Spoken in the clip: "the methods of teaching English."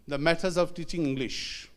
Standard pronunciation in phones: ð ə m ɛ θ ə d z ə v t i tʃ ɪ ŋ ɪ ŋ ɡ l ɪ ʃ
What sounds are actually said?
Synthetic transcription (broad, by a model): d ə m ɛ t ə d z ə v t i tʃ ɪ ŋ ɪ ŋ ɡ l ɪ ʃ